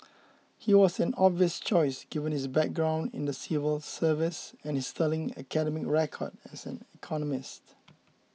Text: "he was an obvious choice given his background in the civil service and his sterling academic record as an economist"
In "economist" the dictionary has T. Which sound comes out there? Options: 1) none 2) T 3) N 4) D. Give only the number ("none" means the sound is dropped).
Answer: 2